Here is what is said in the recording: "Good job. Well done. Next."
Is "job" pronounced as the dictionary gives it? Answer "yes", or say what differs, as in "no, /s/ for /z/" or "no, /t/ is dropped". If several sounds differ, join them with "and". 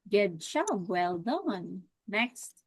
no, /ʃ/ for /dʒ/